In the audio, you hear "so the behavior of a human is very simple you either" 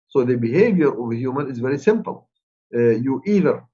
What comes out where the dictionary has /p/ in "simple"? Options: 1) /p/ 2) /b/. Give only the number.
1